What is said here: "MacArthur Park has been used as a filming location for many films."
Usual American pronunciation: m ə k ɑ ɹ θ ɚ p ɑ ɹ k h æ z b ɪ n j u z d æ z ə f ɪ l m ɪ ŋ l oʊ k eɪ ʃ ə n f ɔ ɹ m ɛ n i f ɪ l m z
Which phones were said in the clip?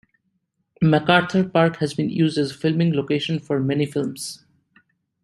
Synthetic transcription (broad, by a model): m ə k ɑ ɹ t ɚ p ɑ ɹ k h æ z b ɪ n j u z d æ z ə f ɪ l m ɪ ŋ l oʊ k eɪ ʃ ə n f ɔ ɹ m ɛ n i f ɪ l m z